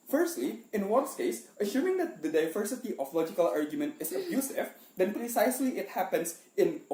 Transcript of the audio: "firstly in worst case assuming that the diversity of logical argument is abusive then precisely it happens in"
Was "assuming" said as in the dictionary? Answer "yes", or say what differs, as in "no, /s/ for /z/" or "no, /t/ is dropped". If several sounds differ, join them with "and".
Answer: no, /ʃ/ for /s/